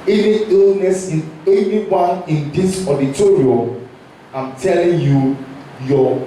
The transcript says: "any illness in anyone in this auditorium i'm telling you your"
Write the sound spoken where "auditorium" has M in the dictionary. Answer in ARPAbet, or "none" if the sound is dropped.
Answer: none